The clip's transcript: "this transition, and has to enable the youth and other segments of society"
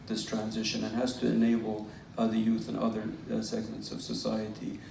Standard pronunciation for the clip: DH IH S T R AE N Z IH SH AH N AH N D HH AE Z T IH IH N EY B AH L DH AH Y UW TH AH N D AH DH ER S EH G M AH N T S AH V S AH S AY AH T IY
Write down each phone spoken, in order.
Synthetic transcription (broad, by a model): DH IH S T R AE N Z IH SH AH N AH N HH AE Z T IH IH N EY B L DH AH Y UW TH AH N AH DH ER S EH G M AH N T S AH V S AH S AY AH T IY